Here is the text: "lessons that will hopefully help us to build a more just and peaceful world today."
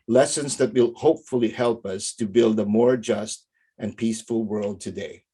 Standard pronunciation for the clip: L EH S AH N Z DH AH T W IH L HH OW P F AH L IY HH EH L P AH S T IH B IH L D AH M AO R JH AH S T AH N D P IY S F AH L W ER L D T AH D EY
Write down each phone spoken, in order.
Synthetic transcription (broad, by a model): L EH S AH N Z DH AH T W IH L HH OW P F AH L IY HH EH L P AH S T IH B IH L D AH M AO R JH AH S T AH N P IY S F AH L W ER L D T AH D EY